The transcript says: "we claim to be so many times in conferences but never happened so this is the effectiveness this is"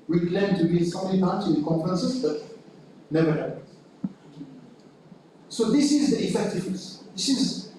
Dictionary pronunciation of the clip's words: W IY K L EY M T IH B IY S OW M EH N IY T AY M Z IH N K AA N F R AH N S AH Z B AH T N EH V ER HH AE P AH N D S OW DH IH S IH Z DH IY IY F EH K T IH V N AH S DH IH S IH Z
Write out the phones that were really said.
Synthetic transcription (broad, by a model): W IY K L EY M T IH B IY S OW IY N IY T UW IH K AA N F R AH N S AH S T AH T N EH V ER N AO AH S OW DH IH S IH Z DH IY IY F EH K T IH V N AH S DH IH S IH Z